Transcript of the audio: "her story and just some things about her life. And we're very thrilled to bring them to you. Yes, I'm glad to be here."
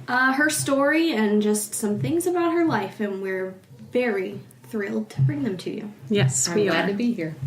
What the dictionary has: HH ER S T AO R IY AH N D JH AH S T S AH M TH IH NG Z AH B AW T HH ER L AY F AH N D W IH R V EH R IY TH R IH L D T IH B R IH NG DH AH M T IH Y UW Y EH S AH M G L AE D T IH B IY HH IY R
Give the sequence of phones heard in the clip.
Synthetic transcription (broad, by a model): HH ER S T AO R IY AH N JH AH S T S AH M TH IH NG Z AH B AW T HH ER L AY F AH N W IH R V EH R IY TH R IH L D T IH B R IH NG DH AH M T IH Y UW Y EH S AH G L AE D T IH B IY HH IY R